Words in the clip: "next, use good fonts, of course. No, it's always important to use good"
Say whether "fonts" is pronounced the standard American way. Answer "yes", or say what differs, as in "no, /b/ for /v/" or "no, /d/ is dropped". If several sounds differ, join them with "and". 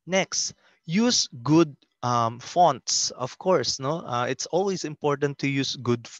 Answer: yes